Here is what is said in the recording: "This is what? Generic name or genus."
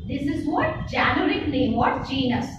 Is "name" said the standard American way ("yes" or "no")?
no